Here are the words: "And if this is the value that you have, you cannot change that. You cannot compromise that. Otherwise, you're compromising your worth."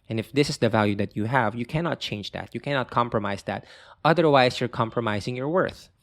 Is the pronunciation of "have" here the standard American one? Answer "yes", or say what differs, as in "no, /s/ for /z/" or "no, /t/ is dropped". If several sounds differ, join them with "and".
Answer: yes